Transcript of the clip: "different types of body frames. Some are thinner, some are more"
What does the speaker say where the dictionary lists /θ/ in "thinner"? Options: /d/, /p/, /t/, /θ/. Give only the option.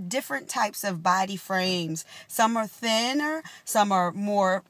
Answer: /θ/